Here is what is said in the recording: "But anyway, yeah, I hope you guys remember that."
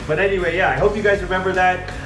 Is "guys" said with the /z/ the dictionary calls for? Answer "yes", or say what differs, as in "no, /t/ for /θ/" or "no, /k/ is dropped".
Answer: yes